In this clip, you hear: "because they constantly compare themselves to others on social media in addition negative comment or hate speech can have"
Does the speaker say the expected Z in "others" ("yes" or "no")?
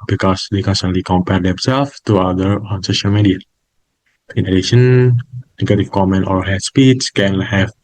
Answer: no